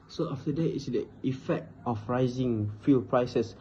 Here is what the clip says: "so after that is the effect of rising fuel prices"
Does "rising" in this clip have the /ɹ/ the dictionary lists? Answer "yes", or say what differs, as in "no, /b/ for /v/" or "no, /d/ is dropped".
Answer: yes